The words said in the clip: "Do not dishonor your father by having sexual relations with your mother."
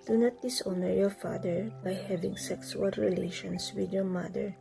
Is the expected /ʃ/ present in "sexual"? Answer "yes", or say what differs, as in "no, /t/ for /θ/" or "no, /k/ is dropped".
no, /s/ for /ʃ/